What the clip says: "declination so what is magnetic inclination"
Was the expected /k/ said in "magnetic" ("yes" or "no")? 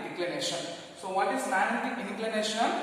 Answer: no